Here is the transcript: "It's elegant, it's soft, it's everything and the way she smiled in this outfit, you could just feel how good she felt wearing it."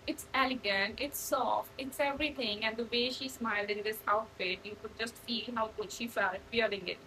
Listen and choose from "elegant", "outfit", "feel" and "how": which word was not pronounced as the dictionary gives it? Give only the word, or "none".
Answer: none